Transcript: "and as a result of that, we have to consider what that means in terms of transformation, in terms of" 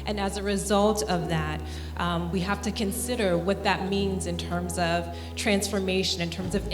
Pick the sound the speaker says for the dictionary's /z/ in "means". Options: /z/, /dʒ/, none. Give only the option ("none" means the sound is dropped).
/z/